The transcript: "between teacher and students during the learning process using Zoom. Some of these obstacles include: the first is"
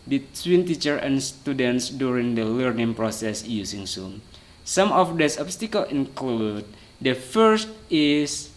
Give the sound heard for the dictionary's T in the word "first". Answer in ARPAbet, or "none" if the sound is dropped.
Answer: T